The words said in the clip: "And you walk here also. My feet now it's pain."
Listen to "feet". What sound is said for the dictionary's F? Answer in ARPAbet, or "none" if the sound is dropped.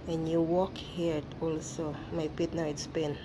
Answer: P